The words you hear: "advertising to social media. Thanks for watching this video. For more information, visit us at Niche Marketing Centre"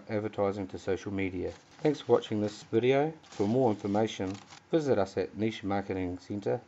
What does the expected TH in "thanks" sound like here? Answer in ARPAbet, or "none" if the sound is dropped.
TH